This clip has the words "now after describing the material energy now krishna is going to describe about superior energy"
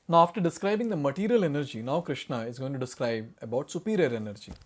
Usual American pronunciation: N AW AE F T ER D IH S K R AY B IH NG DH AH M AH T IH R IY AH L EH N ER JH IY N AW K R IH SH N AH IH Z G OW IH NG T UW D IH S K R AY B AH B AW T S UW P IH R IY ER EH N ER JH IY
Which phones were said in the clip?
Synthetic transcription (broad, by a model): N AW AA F T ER D IH S K R AY B IH NG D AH M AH T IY R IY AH L EH N ER JH IY N AW K R IH SH N AH IH Z G OW IH NG T UW D IH S K R AY B AH B AW T S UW P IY R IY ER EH N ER JH IY